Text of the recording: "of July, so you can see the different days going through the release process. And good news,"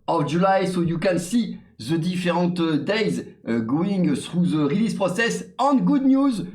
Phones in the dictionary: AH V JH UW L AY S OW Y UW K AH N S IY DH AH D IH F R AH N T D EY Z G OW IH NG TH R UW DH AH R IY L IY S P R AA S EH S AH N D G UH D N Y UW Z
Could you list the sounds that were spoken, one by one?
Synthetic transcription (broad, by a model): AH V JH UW L AY S OW Y UW K AH N S IY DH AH D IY F R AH T D EY Z G OW IH NG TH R UW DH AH R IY L IY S P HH AA S EH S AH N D G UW D N Y UW Z